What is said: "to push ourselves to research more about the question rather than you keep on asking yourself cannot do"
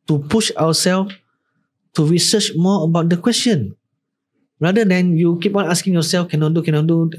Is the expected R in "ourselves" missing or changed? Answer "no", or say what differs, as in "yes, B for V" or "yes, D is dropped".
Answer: yes, W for R